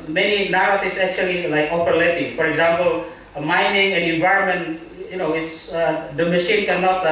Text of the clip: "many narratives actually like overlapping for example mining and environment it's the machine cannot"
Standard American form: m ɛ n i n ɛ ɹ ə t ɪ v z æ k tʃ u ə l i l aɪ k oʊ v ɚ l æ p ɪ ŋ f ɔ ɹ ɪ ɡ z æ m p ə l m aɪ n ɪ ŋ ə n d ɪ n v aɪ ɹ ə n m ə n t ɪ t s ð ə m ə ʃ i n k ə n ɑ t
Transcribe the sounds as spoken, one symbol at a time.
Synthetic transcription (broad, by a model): m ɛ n i n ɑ ɹ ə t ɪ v s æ k tʃ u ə l i l aɪ k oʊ p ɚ l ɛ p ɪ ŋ f ɔ ɹ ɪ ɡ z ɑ m p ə l m aɪ n ɪ ŋ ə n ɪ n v aɪ ɹ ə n m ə n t ɪ t s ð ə m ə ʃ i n k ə n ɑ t